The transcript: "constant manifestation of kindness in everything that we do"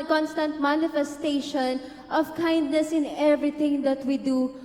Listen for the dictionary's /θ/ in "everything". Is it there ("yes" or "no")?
no